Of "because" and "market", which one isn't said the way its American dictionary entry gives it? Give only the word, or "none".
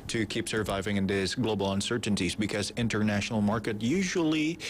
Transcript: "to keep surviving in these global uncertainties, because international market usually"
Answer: none